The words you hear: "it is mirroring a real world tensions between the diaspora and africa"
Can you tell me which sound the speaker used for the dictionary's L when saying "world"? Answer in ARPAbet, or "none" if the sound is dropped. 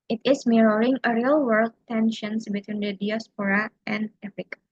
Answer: L